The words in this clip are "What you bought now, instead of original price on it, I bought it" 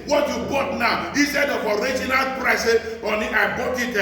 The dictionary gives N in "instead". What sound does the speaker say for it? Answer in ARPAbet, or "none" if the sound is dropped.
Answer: none